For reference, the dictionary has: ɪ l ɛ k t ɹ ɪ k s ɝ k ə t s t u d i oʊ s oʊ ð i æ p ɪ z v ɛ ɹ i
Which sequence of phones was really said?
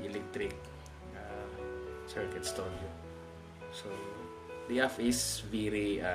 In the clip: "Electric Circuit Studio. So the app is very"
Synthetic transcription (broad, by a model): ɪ l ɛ k t ɹ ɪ k s ɝ k ə t s t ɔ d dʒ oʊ s oʊ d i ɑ f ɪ s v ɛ ɹ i